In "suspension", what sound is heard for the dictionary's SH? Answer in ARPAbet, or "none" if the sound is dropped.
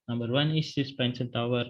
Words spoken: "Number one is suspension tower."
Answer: S